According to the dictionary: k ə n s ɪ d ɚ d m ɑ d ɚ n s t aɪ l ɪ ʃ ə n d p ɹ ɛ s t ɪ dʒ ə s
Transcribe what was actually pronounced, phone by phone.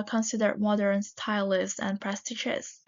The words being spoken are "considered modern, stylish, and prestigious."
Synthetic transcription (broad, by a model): k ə n s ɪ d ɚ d m ɑ d ɚ n s t aɪ l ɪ s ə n p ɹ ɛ s t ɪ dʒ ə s